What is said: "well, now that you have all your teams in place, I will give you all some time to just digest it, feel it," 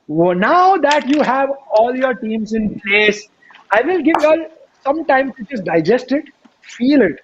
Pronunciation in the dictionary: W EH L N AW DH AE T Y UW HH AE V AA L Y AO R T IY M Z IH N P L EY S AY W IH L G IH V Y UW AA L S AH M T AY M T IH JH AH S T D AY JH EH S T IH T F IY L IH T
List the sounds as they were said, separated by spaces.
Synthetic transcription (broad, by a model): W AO N AW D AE T Y UW HH AE V AA L Y AO R T IY M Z IH N P L EY S AY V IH L G IH V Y AA L S AH M T AY M S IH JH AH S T D AY JH EH S T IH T F IY L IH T